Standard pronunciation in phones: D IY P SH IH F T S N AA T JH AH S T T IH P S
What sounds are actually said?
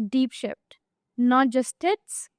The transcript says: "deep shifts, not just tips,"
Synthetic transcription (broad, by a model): D IY P SH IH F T N AA T JH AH S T T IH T S